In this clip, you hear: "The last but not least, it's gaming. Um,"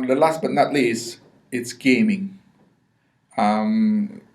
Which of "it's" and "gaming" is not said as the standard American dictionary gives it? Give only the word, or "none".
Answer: none